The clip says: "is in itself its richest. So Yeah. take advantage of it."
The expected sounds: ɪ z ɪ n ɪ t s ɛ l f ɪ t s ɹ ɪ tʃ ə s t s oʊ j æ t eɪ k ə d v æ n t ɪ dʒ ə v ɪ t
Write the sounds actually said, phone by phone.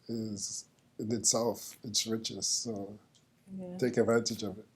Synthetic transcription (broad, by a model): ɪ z ɪ n ɪ t s ɛ l f ɪ t s ɹ ɪ tʃ ə s t s oʊ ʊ t eɪ k ə d v æ n t ɪ dʒ ə v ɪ t